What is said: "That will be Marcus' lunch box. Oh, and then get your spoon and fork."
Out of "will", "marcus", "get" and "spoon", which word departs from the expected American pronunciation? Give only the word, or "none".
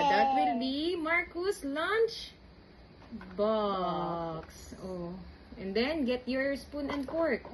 none